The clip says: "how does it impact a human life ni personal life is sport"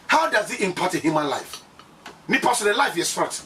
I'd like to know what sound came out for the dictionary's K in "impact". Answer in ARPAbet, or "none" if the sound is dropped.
none